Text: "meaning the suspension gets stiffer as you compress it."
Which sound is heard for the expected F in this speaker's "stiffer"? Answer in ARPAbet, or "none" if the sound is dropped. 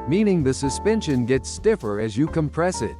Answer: F